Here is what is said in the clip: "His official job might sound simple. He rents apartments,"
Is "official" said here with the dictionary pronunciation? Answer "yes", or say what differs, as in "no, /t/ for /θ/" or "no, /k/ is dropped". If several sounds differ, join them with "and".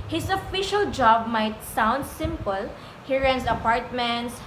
yes